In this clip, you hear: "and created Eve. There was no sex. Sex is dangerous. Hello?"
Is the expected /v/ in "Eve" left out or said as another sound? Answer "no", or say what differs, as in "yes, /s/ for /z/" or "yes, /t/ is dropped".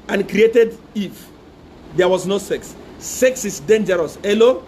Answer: yes, /f/ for /v/